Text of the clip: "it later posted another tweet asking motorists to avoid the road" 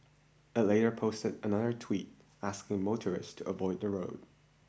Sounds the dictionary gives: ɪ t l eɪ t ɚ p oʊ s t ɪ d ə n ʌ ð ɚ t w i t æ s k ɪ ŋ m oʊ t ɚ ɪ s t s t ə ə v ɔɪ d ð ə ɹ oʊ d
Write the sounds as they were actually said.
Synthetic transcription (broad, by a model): ɪ t l eɪ t ɚ p oʊ s t ɪ d ə n ʌ ð ɚ t w i t æ s k ɪ ŋ m oʊ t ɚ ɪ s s t ə ə v ɔɪ d ð ə ɹ oʊ d